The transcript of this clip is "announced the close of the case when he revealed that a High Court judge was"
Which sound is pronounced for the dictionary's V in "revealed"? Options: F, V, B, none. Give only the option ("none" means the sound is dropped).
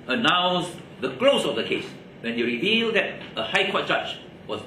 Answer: V